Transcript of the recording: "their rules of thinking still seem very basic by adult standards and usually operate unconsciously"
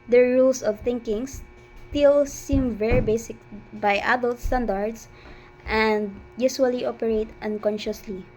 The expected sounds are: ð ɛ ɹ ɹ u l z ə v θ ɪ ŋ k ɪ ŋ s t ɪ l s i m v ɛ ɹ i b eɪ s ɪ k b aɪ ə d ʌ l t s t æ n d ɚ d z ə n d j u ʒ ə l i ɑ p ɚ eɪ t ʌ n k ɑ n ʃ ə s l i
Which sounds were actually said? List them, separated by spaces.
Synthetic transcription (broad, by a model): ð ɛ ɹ ɹ u l s ə v θ ɪ ŋ k ɪ ŋ s t ɪ l s i m v ɛ ɹ i b eɪ s ɪ k b aɪ ə d ʌ l t s t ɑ n d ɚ d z ə n d j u s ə l i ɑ p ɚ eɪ t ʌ n k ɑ n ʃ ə s l i